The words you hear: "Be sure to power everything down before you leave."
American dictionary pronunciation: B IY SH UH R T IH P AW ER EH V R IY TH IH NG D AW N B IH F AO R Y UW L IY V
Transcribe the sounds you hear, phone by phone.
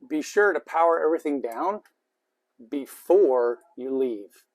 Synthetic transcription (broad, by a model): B IY SH UH R T IH P AW ER EH V R IY TH IH NG D AW N B IH F AO R Y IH L IY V